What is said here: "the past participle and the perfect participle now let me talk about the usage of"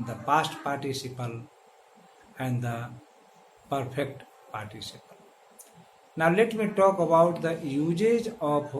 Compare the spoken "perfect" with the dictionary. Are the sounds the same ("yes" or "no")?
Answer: no